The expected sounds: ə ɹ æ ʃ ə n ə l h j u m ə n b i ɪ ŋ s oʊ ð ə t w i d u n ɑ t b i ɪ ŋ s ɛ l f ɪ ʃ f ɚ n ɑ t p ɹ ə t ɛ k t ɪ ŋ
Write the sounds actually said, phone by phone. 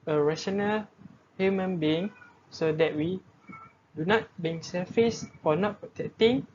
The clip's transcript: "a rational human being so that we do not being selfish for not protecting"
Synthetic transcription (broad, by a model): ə ɹ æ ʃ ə n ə l h j u m ə n b i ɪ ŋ s oʊ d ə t w i d u n ɑ t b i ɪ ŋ s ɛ f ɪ s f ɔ n ɑ t p ɹ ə t ɛ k t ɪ ŋ